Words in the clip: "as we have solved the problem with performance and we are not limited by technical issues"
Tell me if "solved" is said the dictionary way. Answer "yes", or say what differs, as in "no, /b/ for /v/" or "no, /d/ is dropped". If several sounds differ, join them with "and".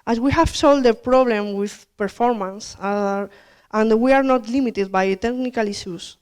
no, /v/ is dropped